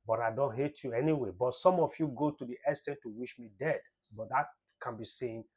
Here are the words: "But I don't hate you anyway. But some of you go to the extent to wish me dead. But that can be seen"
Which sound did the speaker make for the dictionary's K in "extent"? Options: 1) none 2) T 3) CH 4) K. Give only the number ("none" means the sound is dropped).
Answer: 1